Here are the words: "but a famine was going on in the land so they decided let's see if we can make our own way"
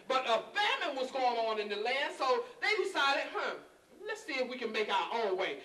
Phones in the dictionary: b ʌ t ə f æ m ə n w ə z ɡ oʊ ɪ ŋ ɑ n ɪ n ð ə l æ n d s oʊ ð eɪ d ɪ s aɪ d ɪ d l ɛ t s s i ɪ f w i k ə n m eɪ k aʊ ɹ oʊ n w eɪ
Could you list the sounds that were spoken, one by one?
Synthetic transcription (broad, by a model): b ʌ t ə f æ m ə n w ə z ɡ oʊ ɪ ŋ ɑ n ɪ n ð ə l æ n d s oʊ ð eɪ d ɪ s aɪ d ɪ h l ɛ t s s i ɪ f w i k ə n m eɪ k aʊ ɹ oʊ l w eɪ